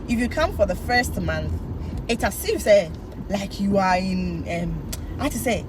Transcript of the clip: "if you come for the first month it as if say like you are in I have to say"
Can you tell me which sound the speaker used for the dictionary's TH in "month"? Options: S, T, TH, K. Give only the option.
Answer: TH